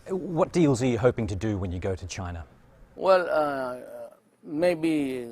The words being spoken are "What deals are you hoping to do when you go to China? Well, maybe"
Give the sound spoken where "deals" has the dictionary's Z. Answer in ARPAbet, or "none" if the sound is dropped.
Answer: Z